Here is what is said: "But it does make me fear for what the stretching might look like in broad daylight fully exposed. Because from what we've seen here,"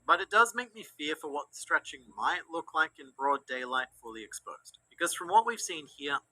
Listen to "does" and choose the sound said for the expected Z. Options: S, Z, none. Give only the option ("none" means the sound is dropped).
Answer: Z